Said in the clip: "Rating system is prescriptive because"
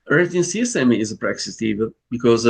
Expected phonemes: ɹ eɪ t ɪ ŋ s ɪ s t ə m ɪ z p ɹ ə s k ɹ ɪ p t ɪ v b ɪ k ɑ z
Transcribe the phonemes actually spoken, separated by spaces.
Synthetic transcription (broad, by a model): ɹ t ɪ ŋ s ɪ s t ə m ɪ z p ɹ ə k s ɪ t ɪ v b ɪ k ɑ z